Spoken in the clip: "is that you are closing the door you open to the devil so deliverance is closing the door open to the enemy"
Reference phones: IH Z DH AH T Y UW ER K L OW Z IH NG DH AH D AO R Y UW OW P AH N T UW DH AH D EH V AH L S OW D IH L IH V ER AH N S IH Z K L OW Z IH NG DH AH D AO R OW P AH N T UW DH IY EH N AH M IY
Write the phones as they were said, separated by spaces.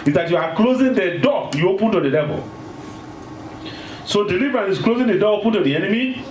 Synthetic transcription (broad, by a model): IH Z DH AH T Y UW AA K L OW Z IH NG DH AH D AO Y UW OW P AH N T UW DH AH D EH V AH L S OW D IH L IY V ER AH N IH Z K L OW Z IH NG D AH D AO OW P AH N T UW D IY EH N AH M IY